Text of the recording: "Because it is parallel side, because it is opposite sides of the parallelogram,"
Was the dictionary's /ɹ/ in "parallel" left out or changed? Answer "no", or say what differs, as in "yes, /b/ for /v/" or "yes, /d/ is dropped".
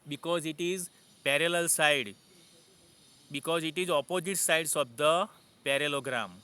no